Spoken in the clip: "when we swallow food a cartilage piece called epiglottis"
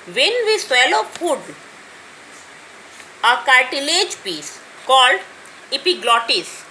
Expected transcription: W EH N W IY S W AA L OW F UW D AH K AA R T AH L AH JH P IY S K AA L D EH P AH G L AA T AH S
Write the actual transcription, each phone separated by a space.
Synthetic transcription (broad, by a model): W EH N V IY S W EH L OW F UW D AH K AA R T AH L AH JH P IY S K AA L D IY P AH G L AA T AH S